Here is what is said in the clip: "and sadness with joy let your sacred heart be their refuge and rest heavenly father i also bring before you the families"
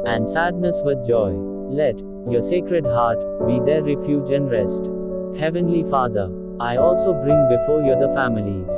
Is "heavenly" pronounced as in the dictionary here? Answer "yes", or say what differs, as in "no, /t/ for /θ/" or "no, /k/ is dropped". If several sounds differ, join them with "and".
yes